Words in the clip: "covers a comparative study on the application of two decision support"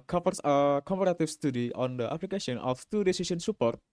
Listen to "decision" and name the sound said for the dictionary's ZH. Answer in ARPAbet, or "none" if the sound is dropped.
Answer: S